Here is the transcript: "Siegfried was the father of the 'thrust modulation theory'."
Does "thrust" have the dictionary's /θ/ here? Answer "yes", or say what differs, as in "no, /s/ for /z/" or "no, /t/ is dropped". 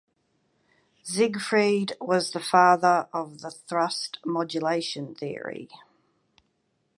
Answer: yes